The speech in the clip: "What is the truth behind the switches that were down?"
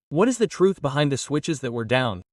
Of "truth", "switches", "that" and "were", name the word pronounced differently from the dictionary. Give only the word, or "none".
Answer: none